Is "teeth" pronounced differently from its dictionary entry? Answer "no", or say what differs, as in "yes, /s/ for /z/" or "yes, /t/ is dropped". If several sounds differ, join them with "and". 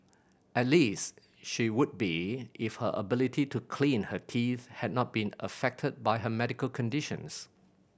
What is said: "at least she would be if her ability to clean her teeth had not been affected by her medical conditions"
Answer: no